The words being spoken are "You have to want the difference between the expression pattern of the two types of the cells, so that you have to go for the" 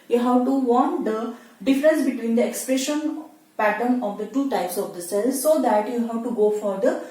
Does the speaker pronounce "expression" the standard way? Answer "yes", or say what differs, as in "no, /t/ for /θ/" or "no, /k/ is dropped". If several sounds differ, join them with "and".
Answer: yes